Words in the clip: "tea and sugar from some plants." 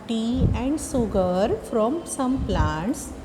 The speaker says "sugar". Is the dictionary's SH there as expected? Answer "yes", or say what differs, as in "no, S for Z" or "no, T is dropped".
no, S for SH